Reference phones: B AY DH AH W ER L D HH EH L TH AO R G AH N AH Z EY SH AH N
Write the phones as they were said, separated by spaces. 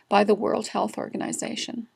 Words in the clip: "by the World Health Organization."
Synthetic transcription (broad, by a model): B AY DH AH W ER L D HH EH L TH AO R G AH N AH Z EY SH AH N